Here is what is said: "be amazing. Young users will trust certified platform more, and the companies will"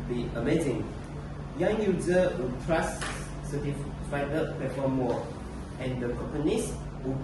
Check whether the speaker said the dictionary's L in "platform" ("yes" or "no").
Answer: no